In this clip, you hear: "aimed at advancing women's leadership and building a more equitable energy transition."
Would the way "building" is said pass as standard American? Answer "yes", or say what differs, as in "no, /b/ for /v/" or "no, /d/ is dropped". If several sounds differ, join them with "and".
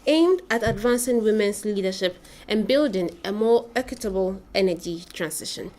yes